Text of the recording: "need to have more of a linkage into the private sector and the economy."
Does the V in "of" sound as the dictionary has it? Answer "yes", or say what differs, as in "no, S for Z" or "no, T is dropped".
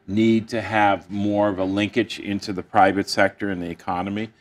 yes